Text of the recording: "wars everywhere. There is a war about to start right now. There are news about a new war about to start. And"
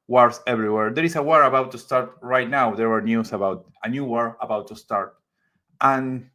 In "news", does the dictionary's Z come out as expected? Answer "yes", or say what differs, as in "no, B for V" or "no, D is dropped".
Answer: no, S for Z